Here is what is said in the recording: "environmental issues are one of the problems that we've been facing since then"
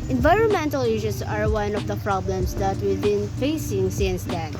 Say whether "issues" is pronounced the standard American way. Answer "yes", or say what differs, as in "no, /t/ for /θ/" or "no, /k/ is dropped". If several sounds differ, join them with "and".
no, /s/ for /z/